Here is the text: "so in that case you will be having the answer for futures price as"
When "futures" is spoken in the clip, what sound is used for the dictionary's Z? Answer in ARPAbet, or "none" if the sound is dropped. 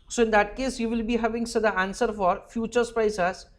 S